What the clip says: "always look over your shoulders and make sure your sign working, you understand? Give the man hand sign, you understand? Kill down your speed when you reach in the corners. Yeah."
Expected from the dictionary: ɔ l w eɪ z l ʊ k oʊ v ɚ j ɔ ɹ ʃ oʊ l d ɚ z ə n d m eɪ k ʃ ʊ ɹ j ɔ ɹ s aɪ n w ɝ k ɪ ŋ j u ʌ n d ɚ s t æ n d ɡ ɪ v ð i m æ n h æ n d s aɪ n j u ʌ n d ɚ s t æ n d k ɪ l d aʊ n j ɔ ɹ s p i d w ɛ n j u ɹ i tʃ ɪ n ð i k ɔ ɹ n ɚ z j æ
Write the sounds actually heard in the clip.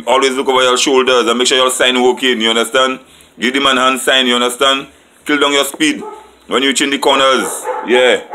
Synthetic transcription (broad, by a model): ɔ l w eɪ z l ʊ k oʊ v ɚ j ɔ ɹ ʃ oʊ l d ɚ z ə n m eɪ k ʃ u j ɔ s aɪ n w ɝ k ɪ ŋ j u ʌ n d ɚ s t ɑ n d ɡ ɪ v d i m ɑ n h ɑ n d s aɪ n j u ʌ n d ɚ s t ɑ n d k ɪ l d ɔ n j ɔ s p i d w ɛ n j u tʃ ɪ n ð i k ɔ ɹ n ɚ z j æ